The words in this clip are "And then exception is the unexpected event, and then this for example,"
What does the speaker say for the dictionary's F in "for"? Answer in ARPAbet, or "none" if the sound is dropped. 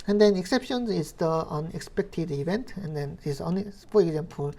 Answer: P